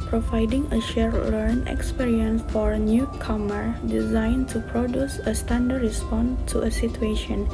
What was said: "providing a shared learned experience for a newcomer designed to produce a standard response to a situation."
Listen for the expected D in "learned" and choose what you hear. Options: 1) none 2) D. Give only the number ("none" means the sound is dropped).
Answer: 1